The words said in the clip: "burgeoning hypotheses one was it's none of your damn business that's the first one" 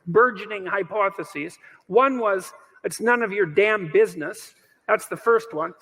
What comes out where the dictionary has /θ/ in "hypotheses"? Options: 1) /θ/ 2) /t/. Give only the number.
1